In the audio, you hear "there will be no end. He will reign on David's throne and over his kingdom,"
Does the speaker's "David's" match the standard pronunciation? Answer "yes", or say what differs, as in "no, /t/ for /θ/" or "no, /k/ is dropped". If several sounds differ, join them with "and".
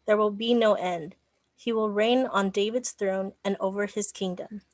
yes